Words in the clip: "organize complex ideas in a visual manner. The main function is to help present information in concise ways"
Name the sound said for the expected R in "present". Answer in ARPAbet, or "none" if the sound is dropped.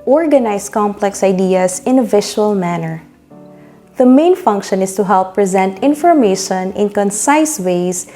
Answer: R